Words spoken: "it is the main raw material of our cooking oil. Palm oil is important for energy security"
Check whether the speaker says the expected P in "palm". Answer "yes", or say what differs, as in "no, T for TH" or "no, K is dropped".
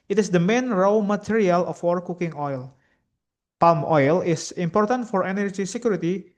yes